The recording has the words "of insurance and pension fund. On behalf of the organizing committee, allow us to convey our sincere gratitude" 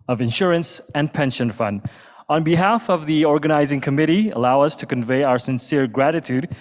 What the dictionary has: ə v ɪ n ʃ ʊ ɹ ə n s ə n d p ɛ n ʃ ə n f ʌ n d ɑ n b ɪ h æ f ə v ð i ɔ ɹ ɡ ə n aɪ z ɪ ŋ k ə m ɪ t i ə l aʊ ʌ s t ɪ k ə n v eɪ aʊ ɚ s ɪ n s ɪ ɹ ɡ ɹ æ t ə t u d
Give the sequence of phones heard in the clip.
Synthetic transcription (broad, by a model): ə v ɪ n ʃ ʊ ɹ ə n s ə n p ɛ n ʃ ə n f ʌ n d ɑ n b ɪ h æ f ə v ð i ɔ ɹ ɡ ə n aɪ z ɪ ŋ k ə m ɪ t i ə l aʊ ʌ s t ɪ k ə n v eɪ aʊ ɚ s ɪ n s ɪ ɹ ɡ ɹ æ t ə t u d